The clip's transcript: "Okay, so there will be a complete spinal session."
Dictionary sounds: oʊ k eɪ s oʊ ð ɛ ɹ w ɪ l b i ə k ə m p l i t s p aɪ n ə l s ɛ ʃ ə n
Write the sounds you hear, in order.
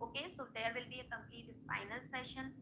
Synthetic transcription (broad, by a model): oʊ k eɪ s oʊ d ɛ ɹ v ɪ l b i ə k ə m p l i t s f aɪ n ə l s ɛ ʃ ə n